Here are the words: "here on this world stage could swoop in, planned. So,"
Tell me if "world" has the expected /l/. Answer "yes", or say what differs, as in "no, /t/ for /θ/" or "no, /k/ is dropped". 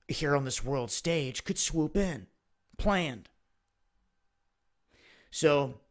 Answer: yes